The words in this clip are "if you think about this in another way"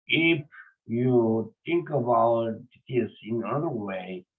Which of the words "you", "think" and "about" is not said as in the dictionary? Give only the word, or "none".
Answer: think